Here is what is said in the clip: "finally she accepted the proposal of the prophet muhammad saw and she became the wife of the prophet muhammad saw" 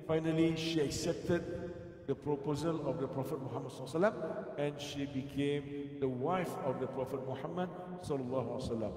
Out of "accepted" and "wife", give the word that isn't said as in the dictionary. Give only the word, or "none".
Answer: none